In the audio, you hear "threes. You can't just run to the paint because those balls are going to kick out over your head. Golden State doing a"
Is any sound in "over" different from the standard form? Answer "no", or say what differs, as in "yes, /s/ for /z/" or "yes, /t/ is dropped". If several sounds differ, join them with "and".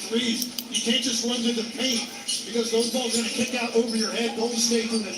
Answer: yes, /p/ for /v/